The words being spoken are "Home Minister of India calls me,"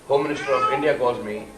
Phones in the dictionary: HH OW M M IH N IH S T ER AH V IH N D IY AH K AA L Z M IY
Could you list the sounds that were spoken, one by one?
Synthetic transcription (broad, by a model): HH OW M M IH N IH S T ER AH V IH N D IY AH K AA Z M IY